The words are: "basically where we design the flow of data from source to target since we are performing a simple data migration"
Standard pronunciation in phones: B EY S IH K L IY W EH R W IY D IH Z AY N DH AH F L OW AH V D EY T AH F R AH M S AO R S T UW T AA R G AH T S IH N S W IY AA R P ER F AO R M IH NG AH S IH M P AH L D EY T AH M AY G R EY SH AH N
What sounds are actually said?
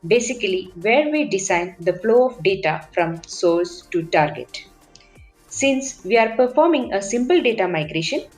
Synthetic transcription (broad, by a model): B EY S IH K L IY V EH R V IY D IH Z AY N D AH F L OW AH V D EY T AH F R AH M S AO L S T UW T AA R G AH T S IH N S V IY AA R P ER F AO R M IH NG AH S IH M P AH L D EY T AH M AY G R EY SH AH N